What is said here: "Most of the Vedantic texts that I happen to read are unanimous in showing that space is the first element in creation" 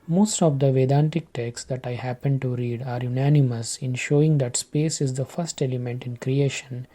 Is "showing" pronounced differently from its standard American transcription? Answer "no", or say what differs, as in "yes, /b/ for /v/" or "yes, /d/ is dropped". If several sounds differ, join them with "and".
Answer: no